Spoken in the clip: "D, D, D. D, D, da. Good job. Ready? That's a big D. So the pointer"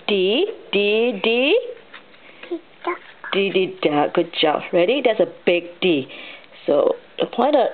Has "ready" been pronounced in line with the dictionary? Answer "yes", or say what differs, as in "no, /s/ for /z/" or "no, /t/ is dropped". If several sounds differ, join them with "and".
yes